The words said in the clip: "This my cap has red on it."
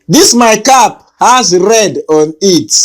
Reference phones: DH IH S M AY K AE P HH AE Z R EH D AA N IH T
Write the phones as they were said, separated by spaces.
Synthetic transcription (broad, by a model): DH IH S M AY K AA P HH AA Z R EH D AA N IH T